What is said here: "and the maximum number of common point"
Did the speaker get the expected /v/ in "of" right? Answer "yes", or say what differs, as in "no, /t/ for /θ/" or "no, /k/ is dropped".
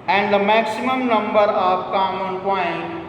no, /p/ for /v/